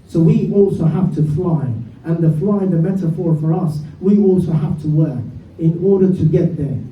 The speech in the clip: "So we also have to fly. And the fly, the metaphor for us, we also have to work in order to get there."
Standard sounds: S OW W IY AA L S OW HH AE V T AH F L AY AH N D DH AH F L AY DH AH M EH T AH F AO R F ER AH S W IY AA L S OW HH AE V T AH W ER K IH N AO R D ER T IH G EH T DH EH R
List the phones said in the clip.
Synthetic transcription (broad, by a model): S OW W IY AA L S OW HH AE F T AH F L AY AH N DH AH F L AY DH AH M EH T AH F AO R F ER AH S W IY AA L S OW HH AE F T AH W ER K IH N AO R D ER T IH G EH T DH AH R